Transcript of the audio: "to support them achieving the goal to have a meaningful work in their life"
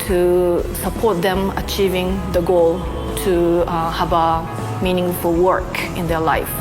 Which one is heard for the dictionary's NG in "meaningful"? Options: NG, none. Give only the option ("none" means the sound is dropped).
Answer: NG